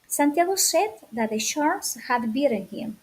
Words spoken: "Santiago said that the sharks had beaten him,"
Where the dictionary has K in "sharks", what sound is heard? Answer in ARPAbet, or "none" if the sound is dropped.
none